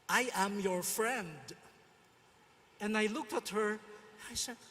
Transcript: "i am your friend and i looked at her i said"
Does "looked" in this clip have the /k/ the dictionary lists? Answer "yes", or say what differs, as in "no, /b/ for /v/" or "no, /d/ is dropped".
yes